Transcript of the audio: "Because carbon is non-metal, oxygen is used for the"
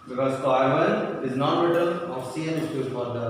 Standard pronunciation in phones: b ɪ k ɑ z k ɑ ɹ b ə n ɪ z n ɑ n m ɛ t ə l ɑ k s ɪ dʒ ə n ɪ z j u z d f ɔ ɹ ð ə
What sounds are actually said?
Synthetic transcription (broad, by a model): b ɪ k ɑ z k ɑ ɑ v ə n ɪ z n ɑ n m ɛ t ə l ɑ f s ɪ ə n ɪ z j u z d f ɔ ɹ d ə